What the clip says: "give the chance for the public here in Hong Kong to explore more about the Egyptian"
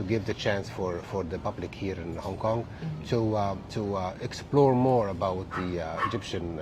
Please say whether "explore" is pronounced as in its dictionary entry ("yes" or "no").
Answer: yes